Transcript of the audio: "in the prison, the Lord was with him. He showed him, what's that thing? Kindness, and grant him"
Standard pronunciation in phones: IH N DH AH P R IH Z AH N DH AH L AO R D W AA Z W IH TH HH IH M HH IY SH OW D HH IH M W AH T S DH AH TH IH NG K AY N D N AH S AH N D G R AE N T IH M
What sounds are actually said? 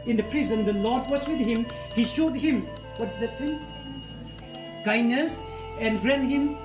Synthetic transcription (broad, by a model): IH N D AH P R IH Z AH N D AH L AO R D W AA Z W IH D HH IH M HH IY SH OW D HH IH M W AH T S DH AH F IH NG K AY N N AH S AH N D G R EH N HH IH M